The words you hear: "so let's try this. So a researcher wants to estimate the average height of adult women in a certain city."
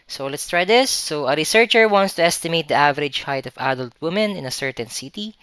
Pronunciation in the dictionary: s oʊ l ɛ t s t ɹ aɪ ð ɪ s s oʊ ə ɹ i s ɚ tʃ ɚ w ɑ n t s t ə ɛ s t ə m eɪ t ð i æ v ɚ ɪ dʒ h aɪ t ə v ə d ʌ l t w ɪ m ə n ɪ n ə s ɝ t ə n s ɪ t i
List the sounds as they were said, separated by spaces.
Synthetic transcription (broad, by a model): s oʊ l ɛ t s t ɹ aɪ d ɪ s s oʊ ə ɹ i s ɚ tʃ ɚ w ɑ n t s t ə ɛ s t ə m eɪ t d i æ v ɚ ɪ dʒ h aɪ t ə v ə d ʌ l t w ɪ m ə n ɪ n ə s ɝ t ə n s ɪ t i